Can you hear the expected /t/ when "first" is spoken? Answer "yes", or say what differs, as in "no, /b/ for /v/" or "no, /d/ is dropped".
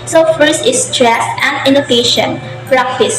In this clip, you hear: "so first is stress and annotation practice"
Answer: no, /t/ is dropped